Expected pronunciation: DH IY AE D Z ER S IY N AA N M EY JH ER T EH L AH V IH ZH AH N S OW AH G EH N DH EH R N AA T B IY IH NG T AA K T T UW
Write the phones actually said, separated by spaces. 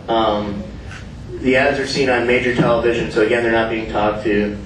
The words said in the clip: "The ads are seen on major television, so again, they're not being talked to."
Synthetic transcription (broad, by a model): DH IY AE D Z ER S IY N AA N M EY JH ER T EH L AH V IH ZH AH N S OW AH G EH N DH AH R N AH T B IY IH NG T AA K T T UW